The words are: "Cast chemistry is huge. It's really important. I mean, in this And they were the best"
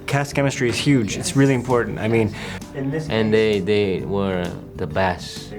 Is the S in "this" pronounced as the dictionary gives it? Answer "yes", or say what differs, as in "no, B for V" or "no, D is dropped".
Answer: no, S is dropped